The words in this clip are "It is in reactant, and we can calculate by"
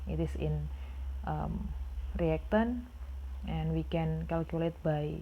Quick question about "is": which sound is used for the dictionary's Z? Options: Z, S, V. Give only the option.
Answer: S